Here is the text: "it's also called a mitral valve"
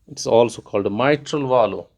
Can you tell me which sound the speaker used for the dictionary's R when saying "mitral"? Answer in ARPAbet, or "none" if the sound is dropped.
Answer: R